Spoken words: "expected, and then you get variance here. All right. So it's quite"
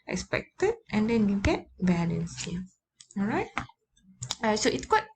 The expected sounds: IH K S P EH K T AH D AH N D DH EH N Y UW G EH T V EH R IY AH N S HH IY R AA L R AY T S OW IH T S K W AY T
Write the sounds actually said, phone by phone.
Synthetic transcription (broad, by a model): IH K S P EH K T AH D AH N D EH N Y UW G EH T B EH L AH N S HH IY AA L R AY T S OW IH T S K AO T